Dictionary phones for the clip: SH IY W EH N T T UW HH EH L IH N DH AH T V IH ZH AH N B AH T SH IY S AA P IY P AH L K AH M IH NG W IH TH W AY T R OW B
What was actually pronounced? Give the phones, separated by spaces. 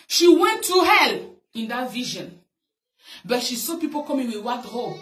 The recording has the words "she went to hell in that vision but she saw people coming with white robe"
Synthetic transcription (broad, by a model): SH IY W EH N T T UW HH EH L IH N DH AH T V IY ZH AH N B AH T SH IY S AA P IY P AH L K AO M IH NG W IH W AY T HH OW